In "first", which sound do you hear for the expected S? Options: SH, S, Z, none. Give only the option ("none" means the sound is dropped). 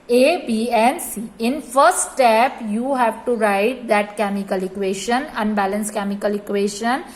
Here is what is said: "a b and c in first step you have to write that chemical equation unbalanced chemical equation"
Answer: none